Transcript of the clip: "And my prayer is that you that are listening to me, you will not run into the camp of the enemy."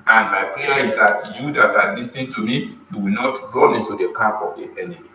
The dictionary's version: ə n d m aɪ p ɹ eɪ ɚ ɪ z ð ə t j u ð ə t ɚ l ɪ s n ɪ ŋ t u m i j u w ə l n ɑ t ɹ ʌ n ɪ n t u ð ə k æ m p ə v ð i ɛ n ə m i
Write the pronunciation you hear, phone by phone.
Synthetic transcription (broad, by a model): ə n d m aɪ p ɹ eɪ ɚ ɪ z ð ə t j u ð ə t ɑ l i s n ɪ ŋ t u m i j u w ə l n ɑ t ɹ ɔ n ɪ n t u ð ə k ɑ p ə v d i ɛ n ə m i